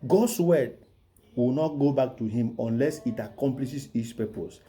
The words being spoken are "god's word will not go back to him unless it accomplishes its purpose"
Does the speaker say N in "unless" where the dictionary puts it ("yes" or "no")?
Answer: yes